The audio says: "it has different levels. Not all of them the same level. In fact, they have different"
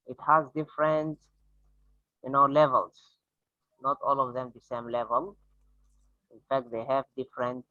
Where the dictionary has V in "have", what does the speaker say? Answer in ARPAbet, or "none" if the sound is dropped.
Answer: V